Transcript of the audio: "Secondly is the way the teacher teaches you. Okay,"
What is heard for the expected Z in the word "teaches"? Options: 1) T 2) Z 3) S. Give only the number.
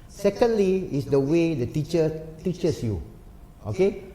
3